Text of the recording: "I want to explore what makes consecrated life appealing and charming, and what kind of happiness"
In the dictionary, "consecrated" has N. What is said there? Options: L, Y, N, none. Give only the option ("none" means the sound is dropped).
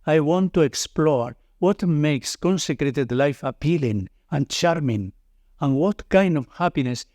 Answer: N